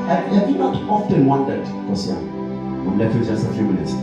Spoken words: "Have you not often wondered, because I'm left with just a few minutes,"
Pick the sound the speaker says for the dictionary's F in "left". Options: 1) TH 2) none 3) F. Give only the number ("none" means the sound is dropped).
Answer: 2